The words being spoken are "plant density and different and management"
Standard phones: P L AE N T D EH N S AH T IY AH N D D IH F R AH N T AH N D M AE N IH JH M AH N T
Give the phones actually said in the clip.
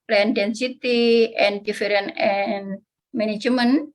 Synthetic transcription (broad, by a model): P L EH N D EH N S AH T IY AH N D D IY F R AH N AH N M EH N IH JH M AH N